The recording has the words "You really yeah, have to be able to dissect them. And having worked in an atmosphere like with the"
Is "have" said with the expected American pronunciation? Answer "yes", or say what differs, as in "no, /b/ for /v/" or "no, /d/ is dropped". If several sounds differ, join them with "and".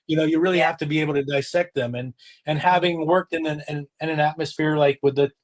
no, /f/ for /v/